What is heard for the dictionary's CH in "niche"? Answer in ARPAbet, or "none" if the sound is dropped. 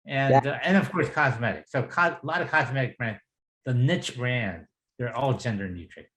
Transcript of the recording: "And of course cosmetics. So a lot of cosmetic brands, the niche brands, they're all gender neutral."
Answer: CH